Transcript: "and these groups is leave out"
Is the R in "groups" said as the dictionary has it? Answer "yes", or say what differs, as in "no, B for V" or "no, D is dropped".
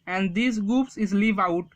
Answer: no, R is dropped